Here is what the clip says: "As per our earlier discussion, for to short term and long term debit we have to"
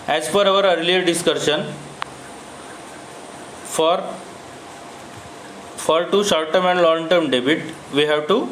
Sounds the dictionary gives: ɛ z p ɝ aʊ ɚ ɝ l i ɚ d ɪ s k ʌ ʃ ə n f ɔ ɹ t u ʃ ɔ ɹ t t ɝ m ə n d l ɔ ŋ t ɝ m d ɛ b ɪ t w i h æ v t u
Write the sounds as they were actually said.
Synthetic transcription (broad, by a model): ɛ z f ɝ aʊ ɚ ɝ l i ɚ d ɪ s k ʌ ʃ ə n f ɔ ɹ t u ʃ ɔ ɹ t t ɝ m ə n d l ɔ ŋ t ɝ m d ɛ b ɪ t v i h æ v t u